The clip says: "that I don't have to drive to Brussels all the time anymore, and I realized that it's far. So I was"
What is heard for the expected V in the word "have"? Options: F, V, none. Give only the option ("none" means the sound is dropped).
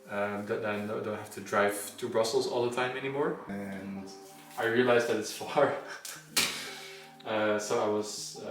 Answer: F